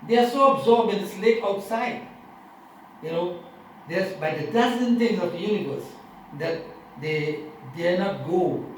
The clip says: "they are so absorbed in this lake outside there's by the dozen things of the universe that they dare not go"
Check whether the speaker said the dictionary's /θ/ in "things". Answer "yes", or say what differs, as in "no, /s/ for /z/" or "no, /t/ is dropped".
no, /t/ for /θ/